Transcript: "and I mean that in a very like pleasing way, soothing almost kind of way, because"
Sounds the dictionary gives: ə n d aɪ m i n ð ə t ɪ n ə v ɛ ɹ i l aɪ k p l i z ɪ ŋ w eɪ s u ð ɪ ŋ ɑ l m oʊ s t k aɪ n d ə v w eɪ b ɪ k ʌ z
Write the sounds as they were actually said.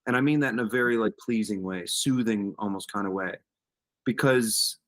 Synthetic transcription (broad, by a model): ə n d aɪ m i n ð ə t ɪ n ə v ɛ ɹ i l aɪ k p l i z ɪ ŋ w eɪ s u ð ɪ ŋ ɑ l m oʊ s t k aɪ n d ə w eɪ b ɪ k ʌ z